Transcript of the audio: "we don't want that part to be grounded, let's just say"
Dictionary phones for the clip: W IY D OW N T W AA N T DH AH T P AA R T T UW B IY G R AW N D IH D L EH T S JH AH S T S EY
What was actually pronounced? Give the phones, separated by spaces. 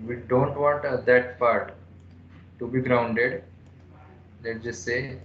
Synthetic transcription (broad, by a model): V IY D OW N T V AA N T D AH T P AA R T T UW B IY G R AW N D IH D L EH T JH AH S S EY